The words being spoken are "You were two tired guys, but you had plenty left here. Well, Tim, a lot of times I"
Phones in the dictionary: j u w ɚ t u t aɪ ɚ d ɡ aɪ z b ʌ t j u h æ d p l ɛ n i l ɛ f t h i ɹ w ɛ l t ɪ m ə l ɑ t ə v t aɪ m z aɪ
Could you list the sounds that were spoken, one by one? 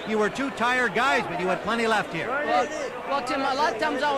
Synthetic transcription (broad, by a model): j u w ɚ t u t aɪ ɚ d ɡ aɪ z b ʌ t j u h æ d p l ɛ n i l ɛ f t h i ɹ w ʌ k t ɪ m ə l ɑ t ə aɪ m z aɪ